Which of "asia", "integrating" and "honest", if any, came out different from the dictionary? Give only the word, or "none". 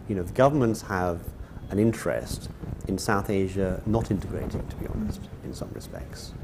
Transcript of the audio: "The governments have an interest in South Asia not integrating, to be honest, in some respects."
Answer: none